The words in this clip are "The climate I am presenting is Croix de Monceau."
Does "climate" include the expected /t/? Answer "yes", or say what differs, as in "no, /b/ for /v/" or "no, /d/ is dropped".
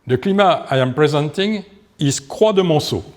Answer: no, /t/ is dropped